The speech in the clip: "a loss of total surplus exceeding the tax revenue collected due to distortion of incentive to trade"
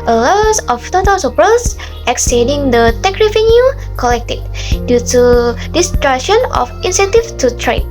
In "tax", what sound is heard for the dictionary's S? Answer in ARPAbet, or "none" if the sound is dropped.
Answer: none